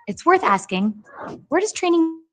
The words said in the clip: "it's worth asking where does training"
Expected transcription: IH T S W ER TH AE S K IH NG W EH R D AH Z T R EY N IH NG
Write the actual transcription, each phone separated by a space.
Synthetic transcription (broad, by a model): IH T S W ER TH AE S K IH NG W EH R D AH Z T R EY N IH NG